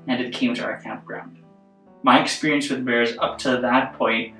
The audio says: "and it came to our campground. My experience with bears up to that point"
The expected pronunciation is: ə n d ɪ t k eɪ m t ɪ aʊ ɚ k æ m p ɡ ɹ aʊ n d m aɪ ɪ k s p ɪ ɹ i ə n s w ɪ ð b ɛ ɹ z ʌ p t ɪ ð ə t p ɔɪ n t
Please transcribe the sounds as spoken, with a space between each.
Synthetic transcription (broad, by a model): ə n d ɪ t k eɪ m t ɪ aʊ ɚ k æ m p ɡ ɹ aʊ n d m aɪ ɪ k s p ɪ ɹ i ə n s w ɪ ð b ɛ ɹ z ʌ p t ɪ ð ə t p ɔɪ n t